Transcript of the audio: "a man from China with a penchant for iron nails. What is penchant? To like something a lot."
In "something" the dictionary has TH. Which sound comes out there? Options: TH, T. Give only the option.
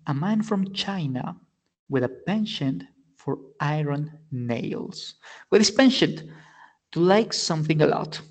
TH